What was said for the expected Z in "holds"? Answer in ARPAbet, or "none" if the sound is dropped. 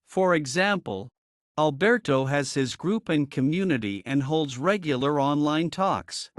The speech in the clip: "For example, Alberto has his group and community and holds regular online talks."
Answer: Z